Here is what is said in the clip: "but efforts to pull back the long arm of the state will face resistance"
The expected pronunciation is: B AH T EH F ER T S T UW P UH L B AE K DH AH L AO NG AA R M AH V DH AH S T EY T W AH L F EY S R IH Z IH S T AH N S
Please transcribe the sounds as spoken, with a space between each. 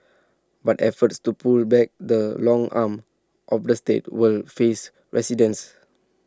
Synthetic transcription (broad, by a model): B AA T EH F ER T S T UW P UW L B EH K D AH L AO NG AA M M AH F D AH S T EY T W AH L F EY S R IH S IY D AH N S